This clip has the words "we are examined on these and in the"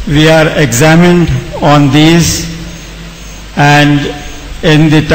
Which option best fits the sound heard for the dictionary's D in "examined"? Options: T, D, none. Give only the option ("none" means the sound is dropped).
D